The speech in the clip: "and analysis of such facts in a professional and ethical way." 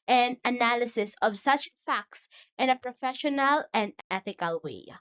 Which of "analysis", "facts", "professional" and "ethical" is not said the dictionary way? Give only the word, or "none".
none